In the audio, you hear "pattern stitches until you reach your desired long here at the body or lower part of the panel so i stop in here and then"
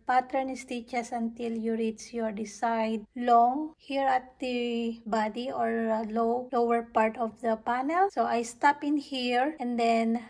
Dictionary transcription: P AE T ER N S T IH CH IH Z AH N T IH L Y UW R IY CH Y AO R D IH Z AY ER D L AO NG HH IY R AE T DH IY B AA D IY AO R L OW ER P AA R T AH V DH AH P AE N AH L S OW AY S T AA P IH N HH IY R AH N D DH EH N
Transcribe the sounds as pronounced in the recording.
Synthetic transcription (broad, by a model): P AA T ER N S T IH CH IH S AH N T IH L Y UW R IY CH Y AO R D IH S AY D L AO NG HH IY R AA T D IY B AA D IY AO R L OW ER P AA R T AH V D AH P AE N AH L S OW AY S T AA P IH N HH IY R AH N D EH N